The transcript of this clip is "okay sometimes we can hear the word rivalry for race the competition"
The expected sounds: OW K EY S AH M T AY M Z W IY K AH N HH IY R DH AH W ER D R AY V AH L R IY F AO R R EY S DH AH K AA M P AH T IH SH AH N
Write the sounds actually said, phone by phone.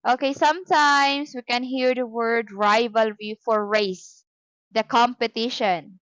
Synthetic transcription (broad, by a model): OW K EY S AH M T AY M S W IY K AH N HH IY R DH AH W ER D R AY V AH L R IY F AO R R EY S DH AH K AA M P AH T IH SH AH N